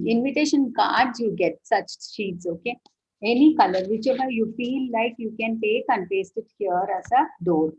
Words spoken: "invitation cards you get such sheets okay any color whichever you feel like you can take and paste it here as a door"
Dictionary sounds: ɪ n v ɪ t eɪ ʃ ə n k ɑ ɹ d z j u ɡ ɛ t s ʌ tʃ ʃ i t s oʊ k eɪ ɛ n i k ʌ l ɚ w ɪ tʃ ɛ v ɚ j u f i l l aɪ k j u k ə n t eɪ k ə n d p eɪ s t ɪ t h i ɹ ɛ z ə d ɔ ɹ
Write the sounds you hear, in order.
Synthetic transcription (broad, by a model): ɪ n v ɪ t eɪ ʃ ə n k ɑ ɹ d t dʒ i ɡ ɛ t s ʌ tʃ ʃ i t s oʊ k eɪ ɛ n i k ʌ l ɚ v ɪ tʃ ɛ b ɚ j u f i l l aɪ k j u k ə n t eɪ k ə n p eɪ s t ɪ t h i ɹ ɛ s ə d ɔ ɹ